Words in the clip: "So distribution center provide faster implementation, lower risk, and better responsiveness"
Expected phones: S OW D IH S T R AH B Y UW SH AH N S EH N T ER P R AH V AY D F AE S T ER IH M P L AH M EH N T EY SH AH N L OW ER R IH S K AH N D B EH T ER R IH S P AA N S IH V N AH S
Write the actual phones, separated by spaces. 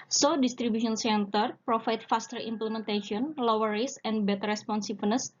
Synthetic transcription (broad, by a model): S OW D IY S T R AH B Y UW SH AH N S EH N T ER P R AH F AY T F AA S T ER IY M P L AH M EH N T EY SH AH N L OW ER R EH S AH N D B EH T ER R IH S P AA N S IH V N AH S